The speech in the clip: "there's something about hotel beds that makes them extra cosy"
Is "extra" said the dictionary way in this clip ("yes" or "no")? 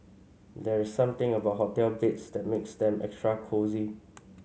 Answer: yes